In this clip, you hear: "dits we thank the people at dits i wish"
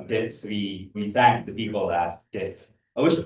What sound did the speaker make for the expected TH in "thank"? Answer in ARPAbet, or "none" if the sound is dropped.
TH